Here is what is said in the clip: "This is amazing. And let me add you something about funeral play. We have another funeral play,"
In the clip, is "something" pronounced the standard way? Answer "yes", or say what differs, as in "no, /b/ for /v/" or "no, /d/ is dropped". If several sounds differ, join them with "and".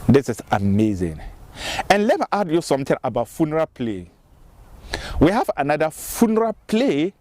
no, /t/ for /θ/